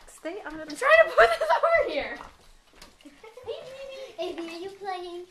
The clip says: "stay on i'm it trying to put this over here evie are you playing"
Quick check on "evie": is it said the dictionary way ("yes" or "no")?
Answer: no